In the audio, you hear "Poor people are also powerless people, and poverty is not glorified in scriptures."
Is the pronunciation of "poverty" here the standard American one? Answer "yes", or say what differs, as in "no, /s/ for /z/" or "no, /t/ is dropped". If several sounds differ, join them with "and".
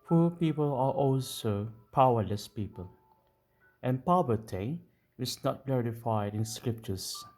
no, /b/ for /v/